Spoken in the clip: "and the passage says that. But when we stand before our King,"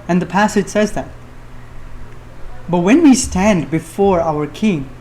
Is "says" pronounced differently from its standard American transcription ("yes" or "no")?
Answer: no